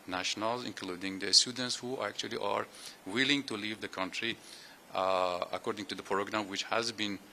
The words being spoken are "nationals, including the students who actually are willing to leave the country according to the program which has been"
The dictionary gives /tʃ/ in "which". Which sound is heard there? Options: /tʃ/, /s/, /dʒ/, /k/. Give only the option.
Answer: /tʃ/